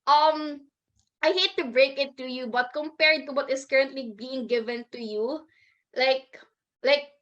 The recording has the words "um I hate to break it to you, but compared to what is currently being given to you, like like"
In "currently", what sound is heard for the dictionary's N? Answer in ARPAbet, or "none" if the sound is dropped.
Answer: N